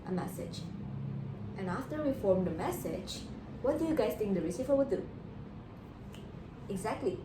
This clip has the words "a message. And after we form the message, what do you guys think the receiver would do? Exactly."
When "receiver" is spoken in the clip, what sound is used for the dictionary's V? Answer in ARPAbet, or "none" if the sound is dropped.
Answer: F